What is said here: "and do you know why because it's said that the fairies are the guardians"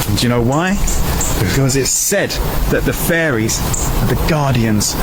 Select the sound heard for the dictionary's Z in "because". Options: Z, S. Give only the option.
Z